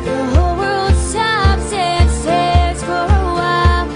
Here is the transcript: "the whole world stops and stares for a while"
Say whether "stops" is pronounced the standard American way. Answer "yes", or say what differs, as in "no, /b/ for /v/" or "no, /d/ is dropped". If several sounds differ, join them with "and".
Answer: no, /b/ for /p/